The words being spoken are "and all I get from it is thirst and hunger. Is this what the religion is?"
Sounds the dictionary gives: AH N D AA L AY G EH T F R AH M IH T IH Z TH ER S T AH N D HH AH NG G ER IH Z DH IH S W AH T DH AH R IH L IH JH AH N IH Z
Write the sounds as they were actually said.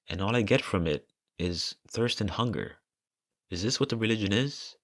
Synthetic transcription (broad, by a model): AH N AA L AY G EH T F R AH M IH T IH Z TH ER S T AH N HH AH NG G ER IH Z DH IH S W AH T DH AH R IH L IH JH AH N IH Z